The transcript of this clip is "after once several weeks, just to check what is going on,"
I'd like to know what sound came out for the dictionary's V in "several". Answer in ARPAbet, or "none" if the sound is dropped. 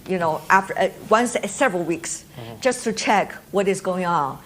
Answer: V